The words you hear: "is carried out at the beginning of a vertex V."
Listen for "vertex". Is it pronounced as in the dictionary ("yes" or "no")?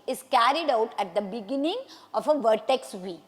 yes